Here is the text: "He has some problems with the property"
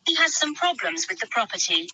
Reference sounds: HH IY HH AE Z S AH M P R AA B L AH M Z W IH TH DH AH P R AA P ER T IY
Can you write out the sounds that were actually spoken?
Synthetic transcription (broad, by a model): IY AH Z S AH M P R AA B L AH M Z W IH DH AH P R AA P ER T IY